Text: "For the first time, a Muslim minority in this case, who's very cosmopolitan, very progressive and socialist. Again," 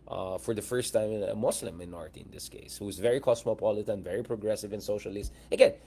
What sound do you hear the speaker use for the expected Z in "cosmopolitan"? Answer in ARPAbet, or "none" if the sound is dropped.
S